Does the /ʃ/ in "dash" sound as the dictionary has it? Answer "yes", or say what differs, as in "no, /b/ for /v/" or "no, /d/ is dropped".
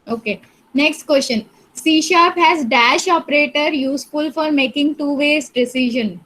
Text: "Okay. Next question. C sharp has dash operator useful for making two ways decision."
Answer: yes